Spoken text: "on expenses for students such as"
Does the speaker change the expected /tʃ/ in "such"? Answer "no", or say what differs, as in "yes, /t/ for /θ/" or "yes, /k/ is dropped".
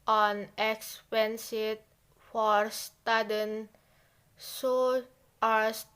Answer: yes, /tʃ/ is dropped